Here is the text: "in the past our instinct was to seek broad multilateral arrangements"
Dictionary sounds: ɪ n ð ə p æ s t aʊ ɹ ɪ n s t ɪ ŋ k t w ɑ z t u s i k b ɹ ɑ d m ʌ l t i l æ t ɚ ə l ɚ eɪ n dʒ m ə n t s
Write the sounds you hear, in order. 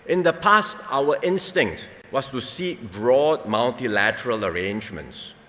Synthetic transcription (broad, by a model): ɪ n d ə p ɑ s t aʊ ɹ ɪ n s t ɪ ŋ k t w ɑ s t u s i k b ɹ ɑ d m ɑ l t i l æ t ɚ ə l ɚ eɪ n dʒ m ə n t s